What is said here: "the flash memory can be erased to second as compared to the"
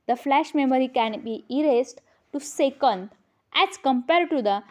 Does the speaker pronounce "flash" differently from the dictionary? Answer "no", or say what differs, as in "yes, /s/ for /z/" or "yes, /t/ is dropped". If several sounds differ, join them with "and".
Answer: no